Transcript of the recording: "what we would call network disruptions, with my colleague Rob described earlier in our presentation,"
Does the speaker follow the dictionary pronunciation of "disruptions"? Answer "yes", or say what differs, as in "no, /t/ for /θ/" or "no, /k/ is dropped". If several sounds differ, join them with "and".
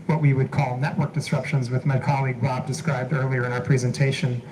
yes